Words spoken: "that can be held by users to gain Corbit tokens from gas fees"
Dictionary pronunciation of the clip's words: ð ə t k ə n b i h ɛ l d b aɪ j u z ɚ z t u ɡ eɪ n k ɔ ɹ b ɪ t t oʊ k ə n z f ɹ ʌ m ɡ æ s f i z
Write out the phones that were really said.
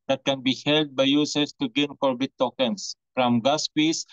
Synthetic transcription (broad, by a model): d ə t k ə n b i h ɛ l d b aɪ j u s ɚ s t u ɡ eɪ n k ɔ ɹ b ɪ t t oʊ k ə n s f ɹ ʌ m ɡ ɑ s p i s